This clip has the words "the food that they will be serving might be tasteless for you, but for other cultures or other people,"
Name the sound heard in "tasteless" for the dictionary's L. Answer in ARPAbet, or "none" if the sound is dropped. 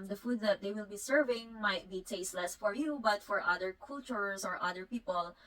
L